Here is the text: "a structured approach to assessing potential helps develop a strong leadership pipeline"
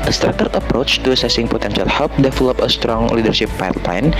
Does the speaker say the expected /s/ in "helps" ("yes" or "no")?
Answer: no